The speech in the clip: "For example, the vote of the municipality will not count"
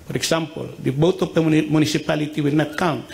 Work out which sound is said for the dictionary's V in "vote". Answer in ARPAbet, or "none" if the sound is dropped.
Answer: B